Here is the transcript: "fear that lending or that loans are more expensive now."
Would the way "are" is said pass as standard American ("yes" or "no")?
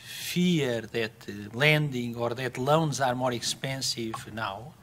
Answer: yes